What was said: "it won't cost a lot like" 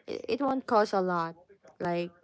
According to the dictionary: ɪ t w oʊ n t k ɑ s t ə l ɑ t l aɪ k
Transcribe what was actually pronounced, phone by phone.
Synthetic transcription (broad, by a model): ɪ t w oʊ n t k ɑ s ə l ɑ t l aɪ k